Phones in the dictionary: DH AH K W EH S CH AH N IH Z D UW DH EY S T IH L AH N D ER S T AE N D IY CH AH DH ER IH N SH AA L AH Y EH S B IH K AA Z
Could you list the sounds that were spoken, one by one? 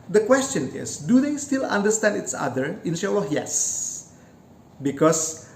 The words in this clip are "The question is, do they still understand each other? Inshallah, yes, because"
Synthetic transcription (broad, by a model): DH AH K W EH S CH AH N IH S D UW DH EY S T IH L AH N D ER S T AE N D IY S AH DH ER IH N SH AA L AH Y EH S B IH K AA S